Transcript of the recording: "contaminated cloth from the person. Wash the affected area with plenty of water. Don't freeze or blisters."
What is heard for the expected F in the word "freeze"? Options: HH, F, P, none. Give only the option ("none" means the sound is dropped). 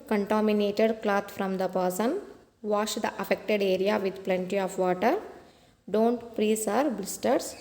P